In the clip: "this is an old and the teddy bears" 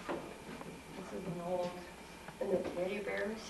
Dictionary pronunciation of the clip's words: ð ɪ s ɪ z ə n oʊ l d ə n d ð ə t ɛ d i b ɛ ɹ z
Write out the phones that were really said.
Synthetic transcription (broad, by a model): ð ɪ s ɪ z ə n oʊ l d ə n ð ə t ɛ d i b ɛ ɹ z